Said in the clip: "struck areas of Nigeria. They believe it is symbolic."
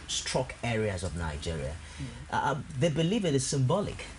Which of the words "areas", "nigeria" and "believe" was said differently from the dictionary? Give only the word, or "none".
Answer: none